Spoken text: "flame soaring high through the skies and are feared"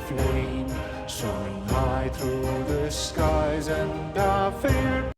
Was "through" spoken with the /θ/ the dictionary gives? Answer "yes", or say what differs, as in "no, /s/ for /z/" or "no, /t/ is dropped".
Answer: yes